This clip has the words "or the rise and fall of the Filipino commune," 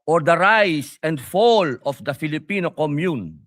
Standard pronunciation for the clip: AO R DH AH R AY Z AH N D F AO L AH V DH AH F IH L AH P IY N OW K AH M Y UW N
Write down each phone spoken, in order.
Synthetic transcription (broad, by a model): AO R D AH R AY S AH N D F AO L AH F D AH F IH L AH P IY N OW K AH M Y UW N